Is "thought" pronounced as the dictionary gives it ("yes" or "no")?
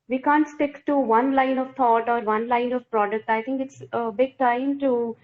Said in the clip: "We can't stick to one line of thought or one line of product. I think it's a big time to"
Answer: no